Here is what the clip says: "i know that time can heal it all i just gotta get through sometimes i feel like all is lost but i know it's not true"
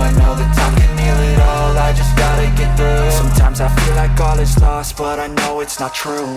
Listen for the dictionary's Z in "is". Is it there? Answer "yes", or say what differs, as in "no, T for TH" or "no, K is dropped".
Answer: no, S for Z